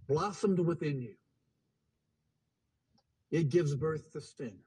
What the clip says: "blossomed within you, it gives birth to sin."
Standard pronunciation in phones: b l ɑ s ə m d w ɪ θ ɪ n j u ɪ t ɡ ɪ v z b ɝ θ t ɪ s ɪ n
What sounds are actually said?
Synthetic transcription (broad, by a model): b l ɑ s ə m d w ɪ θ ɪ n j u ɪ t ɡ ɪ v z b ɝ θ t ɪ s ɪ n